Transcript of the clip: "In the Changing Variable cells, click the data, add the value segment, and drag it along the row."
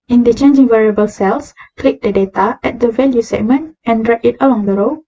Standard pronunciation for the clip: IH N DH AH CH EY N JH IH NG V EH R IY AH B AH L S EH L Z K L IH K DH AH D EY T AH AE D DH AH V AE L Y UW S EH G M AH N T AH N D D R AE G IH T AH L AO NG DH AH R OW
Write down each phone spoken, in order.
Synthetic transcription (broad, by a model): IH N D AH CH EY N JH IH NG V EH R IY AH B AH L S EH L S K L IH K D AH D EY T AH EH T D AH V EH L Y UW S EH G M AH N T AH N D D R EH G IH T AH L AO NG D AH R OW